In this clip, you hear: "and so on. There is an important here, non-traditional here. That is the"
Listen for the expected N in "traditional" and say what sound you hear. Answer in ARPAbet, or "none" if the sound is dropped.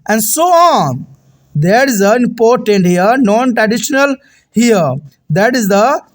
N